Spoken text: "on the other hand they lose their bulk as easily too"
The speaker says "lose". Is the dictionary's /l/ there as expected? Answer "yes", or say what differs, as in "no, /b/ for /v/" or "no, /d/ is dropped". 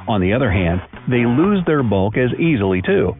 yes